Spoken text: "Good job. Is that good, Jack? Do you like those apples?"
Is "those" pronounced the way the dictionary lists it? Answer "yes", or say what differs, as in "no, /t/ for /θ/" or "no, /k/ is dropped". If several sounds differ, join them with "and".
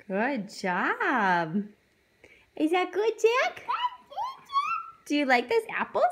no, /s/ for /z/